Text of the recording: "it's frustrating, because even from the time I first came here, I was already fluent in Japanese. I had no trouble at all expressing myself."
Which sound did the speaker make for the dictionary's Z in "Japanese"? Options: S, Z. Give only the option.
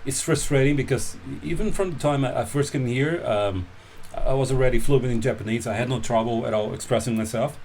Z